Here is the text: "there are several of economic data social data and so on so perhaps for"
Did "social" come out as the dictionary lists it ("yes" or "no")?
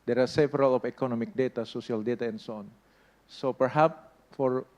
no